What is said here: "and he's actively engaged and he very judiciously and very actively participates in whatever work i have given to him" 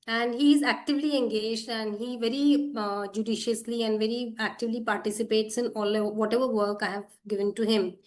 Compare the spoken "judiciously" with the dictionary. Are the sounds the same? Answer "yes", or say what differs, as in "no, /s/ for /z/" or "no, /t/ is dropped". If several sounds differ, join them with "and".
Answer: yes